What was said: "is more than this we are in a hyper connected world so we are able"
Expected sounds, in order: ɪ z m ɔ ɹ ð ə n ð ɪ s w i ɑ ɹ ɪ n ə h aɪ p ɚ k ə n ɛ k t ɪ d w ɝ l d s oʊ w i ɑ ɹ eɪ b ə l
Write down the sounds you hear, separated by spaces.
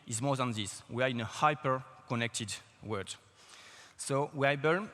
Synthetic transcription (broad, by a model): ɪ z m ɔ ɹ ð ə n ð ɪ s w i ɑ ɹ ɪ n ə h aɪ p ɚ k ə n ɛ k t ɪ d w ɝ d s oʊ w i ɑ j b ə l